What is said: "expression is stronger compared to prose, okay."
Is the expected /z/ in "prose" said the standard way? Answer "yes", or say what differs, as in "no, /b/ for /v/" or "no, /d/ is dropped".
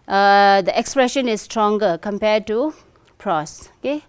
no, /s/ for /z/